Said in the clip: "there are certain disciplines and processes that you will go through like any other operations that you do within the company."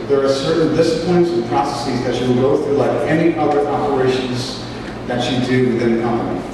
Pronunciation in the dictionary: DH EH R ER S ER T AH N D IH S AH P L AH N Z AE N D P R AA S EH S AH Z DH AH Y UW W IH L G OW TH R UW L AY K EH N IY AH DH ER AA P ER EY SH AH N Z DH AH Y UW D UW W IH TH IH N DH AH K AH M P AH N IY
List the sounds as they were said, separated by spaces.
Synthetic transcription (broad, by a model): DH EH R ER S ER T N D IH S AH P L AH N Z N P R AA S EH S AH Z DH AH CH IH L G OW TH R UW L AY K EH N IY AH DH ER AA P ER EY SH AH N Z DH AH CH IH D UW W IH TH IH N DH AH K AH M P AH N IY